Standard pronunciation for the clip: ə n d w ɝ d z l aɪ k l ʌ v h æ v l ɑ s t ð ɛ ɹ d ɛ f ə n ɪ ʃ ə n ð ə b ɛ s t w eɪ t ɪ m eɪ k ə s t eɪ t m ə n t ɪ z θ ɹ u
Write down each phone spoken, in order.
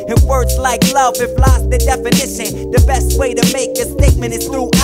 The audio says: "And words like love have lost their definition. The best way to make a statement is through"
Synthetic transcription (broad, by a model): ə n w ɝ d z l aɪ k l ʌ v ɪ f l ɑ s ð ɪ d ɛ f ə n ɪ ʃ ə n ð ə b ɛ s t w eɪ t ɪ m eɪ k ə s t eɪ t m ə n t ɪ z θ ɹ u